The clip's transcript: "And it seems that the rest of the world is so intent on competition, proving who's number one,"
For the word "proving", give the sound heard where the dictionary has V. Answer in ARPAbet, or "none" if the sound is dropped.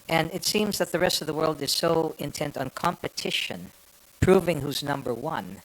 V